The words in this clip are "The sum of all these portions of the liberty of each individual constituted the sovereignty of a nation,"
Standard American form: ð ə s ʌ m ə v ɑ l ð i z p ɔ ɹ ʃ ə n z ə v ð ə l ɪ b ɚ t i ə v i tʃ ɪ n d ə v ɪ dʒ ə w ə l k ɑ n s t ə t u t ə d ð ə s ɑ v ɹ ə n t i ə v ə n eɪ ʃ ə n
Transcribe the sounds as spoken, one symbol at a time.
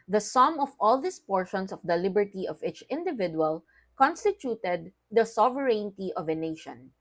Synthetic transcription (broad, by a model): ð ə s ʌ m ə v ɑ l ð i s p ɔ ɹ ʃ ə n s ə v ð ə l ɪ b ɚ t i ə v i tʃ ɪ n d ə v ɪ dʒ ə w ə l k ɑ n s t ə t u t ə d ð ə s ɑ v ɹ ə n t i ə v ə n eɪ ʃ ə n